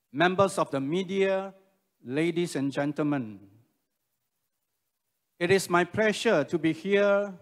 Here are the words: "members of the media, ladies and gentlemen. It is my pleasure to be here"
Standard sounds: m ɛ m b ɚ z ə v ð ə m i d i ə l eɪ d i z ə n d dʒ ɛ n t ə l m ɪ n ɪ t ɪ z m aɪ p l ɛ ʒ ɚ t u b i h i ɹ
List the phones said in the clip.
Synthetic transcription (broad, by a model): m ɛ m b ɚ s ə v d ə m i d i ə l eɪ d i s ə n dʒ ɛ n t ə l m ɪ n ɪ t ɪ s m aɪ p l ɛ ʃ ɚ t u b i h i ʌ